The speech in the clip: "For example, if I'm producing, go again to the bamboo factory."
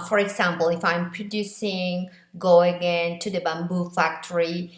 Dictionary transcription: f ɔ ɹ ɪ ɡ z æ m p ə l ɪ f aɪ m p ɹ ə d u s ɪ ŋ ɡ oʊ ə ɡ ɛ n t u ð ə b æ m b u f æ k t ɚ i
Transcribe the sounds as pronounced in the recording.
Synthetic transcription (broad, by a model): f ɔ ɹ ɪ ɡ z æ m p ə l ɪ f aɪ m p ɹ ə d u s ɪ ŋ ɡ oʊ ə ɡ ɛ n t u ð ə b æ m b u f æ k t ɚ i